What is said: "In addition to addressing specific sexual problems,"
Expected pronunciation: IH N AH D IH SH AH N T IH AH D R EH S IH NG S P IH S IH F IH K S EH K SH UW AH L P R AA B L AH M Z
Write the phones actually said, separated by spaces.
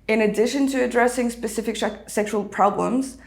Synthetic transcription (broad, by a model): IH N AH D IH SH AH N T IH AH D R EH S IH NG S P IH S IH F IH K S EH K SH UW AH L P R AA B L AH M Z